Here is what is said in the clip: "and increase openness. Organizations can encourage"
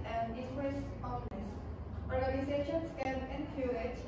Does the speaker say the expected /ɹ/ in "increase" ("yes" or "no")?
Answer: no